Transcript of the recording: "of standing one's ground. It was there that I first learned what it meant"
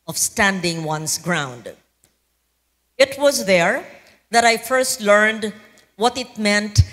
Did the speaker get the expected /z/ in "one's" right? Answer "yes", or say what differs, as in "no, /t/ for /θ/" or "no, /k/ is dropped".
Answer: no, /s/ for /z/